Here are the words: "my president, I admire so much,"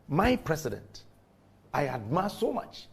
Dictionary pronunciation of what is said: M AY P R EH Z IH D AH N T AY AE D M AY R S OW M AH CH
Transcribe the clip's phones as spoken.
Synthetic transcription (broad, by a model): M AY P R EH S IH D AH N T AY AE D M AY S OW M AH CH